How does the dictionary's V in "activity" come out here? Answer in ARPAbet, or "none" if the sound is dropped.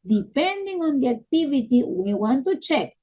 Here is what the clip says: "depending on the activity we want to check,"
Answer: B